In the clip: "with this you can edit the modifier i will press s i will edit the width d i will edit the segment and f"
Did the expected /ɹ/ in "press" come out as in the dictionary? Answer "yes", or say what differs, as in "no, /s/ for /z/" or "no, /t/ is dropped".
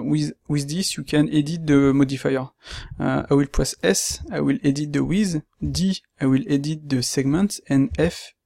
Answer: no, /w/ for /ɹ/